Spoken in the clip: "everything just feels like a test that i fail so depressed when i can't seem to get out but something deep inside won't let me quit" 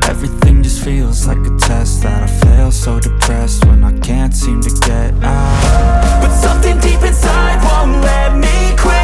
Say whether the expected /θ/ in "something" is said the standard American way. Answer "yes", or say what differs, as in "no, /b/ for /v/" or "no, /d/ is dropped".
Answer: yes